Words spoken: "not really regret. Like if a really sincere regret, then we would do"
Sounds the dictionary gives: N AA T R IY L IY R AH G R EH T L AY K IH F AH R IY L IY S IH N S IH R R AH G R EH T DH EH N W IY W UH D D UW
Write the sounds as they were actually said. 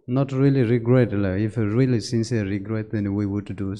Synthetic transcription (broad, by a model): N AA T R IY L IY R AH G R EH T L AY IH F AH R IY L IY S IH N S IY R R AH G R EH T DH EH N W IY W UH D D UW